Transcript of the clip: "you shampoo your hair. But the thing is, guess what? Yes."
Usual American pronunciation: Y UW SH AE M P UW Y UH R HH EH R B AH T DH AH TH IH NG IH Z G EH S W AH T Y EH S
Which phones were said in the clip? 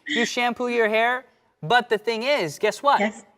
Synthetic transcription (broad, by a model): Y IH SH AE M P UW Y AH R HH EH R B AH T DH AH TH IH NG IH Z G EH S W AH T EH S